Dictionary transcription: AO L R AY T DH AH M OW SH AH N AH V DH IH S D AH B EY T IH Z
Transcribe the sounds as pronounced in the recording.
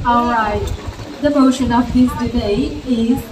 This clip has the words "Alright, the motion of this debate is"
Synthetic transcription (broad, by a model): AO L R AY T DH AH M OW SH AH N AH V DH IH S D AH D EY IH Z